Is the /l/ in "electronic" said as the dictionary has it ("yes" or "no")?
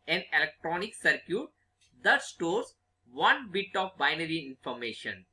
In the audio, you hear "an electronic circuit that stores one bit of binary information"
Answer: yes